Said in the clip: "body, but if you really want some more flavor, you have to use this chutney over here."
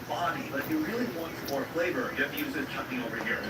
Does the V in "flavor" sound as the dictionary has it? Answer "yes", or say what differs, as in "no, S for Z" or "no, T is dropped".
no, B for V